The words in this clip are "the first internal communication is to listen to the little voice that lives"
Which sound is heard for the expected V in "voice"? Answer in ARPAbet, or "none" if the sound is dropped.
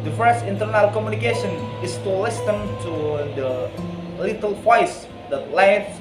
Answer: P